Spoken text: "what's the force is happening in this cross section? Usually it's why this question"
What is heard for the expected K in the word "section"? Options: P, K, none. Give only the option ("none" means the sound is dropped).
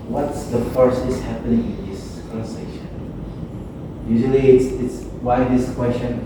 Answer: none